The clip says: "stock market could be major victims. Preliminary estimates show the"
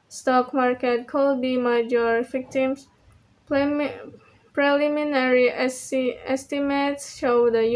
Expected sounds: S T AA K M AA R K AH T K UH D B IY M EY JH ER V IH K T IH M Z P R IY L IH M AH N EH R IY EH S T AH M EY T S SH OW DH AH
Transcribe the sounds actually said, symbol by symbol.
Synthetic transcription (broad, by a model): S T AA K M AA R K AH T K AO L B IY M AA JH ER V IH K T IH M S P R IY L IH M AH N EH R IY EH S T AH M EY T S SH OW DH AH